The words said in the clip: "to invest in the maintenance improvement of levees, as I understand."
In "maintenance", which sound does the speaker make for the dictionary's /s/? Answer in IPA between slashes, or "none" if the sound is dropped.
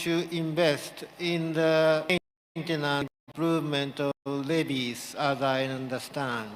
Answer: none